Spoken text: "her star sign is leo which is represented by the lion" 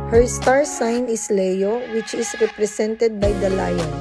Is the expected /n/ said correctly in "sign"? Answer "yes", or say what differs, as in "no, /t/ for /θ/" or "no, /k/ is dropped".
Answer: yes